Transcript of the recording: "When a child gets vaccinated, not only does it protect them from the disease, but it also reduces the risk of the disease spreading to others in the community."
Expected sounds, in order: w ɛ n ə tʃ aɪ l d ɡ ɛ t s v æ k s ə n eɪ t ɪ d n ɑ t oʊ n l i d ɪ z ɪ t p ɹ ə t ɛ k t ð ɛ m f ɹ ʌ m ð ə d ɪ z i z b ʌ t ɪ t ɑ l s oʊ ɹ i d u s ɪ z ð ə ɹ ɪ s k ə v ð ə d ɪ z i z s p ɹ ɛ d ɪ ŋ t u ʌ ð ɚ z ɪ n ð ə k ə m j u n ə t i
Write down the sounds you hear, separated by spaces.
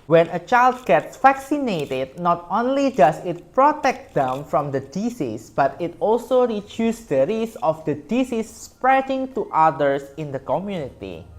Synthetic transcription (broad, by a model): w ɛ n ə tʃ aɪ l d ɡ ɛ t s f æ k s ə n eɪ t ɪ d n ɑ t oʊ n l i d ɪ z ɪ t p ɹ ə t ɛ k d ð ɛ m f ɹ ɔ m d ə d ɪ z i s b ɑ t ɪ t ɑ l s oʊ ɹ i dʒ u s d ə ɹ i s ə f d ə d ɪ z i s p ɹ ɛ d ɪ ŋ t u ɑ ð ɚ s ɪ n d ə k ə m j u n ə t i